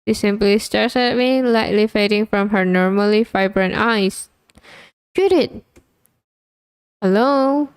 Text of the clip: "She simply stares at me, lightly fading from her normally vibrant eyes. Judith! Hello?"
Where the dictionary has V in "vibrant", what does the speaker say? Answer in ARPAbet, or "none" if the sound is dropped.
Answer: F